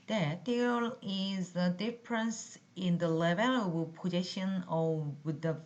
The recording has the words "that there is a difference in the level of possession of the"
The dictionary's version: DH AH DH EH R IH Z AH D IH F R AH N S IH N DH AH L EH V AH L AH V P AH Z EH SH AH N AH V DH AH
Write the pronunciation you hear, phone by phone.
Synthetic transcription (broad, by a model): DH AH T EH L IH Z AH D IH F R AH N S IH N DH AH L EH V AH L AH B P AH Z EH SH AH N AH V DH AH